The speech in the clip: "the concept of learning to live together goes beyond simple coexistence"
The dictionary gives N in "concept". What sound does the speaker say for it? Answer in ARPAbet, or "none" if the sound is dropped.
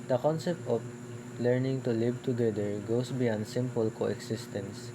N